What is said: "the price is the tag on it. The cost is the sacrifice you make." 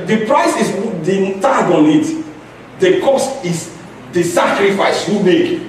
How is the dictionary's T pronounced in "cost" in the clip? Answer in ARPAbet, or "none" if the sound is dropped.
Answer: T